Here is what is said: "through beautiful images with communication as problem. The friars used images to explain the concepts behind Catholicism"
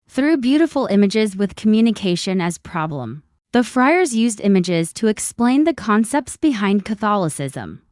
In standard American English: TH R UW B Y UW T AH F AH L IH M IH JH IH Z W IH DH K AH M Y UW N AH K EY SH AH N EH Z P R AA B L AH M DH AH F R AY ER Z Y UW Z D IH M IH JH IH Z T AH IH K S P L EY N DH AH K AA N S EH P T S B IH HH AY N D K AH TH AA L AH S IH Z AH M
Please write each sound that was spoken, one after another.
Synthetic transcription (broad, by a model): TH R UW B Y UW T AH F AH L IH M IH JH IH Z W IH DH K AH M Y UW N AH K EY SH AH N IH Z P R AA B L AH M DH AH F R AY ER Z Y UW Z D IH M IH JH IH Z T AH IH K S P L EY N DH AH K AA N S EH P T S B IH HH AY N D K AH TH AA L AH S IH Z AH M